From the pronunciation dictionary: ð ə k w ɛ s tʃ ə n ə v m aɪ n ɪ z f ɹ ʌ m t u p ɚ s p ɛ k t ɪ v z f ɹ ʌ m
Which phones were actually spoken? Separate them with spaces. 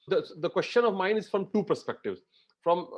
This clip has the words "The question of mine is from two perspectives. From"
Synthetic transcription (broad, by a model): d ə k w ɛ s tʃ ə n ə v m aɪ n ɪ z f ɹ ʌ m t u p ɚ s p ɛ k t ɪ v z f ɹ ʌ m